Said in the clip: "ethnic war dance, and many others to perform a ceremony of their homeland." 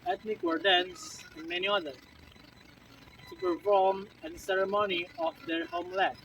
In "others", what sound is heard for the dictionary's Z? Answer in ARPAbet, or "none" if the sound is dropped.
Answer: none